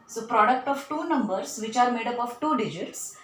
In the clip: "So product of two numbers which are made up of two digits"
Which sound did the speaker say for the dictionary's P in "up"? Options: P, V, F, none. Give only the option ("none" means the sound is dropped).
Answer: P